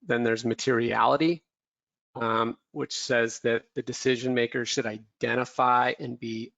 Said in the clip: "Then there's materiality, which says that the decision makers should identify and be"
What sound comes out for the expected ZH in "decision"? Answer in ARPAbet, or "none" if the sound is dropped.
ZH